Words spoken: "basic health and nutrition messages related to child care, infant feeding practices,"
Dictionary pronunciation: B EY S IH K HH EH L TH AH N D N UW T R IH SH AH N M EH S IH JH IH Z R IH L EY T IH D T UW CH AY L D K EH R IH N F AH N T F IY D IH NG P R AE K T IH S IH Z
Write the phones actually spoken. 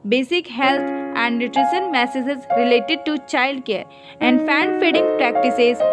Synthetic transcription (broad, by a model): B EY S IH K HH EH L T AH N D N UW T R IH SH AH N M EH S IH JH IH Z R IH L EY T IH D T UW CH AY L D K EH R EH N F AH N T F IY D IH NG P R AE K T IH S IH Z